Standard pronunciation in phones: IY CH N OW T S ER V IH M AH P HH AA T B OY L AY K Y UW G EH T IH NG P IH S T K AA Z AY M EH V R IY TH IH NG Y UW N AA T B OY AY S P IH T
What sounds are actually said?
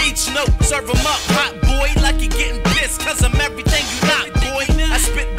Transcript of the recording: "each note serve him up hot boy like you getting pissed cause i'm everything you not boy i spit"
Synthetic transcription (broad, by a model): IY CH N OW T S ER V IH M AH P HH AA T B OY L AY K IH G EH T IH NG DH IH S K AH Z AY M EH V R IY TH IH NG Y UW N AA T B OY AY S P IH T